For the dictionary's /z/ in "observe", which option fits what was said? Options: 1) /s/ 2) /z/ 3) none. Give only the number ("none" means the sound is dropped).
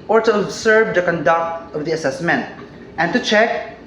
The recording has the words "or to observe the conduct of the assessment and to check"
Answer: 1